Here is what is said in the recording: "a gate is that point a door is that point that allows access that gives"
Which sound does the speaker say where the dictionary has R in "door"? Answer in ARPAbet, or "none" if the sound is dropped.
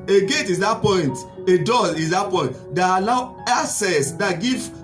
L